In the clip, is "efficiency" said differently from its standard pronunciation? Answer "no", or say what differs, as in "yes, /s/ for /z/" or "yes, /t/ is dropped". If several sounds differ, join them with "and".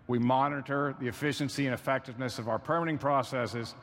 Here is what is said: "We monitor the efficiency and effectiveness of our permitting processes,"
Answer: no